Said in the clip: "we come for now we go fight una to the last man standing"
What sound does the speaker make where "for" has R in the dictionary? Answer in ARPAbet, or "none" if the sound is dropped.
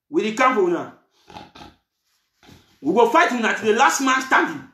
W